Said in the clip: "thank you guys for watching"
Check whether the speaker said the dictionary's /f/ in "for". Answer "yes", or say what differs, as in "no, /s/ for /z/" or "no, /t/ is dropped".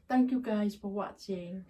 yes